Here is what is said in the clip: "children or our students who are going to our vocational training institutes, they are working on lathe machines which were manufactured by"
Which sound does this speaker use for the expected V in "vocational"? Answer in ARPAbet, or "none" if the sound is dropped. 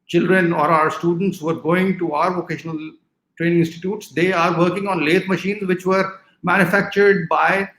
V